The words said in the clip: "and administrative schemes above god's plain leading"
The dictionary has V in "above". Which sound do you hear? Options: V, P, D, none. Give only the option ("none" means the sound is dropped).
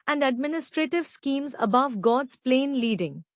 V